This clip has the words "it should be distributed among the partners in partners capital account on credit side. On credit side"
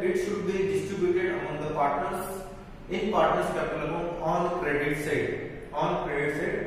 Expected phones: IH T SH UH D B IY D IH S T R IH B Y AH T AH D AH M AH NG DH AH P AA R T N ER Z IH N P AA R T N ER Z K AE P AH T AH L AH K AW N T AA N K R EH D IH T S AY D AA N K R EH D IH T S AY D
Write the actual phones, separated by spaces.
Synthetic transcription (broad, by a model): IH T SH UH D B IY D IH S T R IH B Y AH T AH D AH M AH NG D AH P AA R T N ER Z IH N P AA R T N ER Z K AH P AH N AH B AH AW N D K R EH D IH T S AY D AA N K R EH D IH T S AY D